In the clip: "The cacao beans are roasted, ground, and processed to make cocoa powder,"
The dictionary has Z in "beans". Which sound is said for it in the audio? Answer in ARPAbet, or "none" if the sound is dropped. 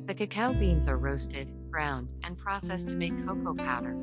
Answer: Z